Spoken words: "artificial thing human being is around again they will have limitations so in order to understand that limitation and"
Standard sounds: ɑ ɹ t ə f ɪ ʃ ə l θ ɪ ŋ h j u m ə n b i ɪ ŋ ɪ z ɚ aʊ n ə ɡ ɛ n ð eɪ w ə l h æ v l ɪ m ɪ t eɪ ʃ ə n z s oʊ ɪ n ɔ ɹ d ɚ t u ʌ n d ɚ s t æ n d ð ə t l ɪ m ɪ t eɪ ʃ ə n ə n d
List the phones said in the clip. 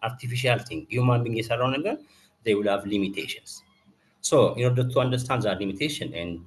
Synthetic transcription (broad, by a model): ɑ ɹ t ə f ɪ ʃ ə l t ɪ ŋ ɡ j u m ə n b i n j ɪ s ɚ aʊ n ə ɡ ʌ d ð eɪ w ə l h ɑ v l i m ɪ t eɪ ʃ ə n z s oʊ ɪ n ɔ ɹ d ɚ t u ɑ n d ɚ s t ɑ n d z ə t l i m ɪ t eɪ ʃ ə n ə n d